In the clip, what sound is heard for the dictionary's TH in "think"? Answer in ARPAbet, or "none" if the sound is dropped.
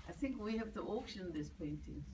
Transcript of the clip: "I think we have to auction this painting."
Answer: TH